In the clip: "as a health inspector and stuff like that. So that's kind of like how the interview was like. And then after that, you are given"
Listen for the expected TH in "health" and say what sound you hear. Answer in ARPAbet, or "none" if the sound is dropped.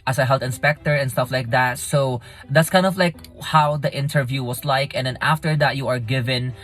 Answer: T